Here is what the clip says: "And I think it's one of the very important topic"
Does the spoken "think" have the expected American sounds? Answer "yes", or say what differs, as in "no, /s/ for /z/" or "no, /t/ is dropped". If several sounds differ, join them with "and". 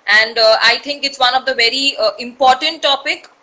no, /t/ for /θ/